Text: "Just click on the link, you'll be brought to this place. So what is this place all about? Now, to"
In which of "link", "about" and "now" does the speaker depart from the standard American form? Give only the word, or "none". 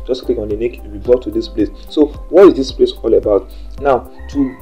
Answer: link